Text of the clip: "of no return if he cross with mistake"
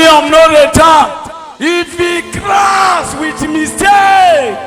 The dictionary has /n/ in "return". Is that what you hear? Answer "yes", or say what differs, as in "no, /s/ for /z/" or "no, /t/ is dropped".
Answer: no, /n/ is dropped